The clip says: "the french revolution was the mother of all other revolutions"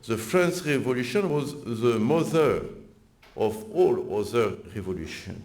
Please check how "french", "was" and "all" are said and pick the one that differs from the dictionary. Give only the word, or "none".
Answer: french